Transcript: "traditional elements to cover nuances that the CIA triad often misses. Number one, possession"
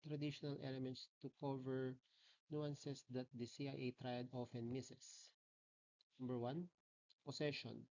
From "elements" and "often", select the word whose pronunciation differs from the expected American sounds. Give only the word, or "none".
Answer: none